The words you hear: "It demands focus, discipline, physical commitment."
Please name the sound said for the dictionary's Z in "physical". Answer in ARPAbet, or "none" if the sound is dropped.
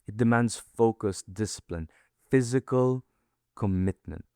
Z